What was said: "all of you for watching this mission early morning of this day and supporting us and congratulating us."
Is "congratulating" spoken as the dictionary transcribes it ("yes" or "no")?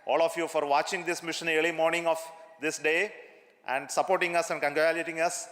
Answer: no